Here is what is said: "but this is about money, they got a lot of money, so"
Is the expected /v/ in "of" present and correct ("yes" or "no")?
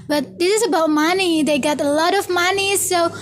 yes